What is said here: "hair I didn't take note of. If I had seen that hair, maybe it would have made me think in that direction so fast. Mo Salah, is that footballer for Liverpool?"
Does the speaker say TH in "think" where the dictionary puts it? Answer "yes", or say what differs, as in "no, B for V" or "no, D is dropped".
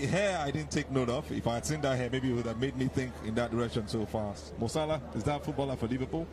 yes